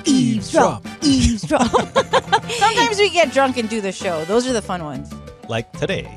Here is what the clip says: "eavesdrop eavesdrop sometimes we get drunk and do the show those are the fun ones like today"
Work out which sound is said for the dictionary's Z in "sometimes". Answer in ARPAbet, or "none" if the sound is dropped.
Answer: Z